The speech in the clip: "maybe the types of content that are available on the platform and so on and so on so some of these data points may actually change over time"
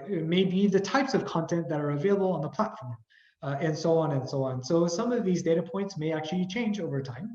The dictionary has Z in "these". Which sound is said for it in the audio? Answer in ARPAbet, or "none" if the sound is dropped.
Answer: Z